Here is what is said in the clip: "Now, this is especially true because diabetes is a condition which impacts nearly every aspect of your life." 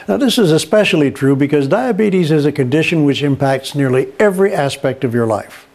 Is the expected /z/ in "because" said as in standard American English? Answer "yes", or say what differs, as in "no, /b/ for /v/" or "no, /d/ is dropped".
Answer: yes